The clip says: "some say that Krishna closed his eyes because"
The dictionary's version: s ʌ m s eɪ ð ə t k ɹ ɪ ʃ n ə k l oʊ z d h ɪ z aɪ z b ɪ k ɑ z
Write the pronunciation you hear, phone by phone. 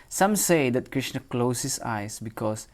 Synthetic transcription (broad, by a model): s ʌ m s eɪ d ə t k ɹ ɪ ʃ n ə k l oʊ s h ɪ s aɪ s b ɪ k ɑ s